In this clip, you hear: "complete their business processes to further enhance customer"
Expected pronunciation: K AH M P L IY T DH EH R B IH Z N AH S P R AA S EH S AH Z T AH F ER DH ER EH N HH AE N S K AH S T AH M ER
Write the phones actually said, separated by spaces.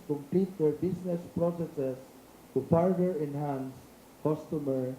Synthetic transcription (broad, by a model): K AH M P L IY T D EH R B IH S N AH S P R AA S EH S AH S T AH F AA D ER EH N HH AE N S K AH S T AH M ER